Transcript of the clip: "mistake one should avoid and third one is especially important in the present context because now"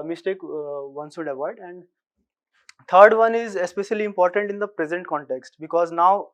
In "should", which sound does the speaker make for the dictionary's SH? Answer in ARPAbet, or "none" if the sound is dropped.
S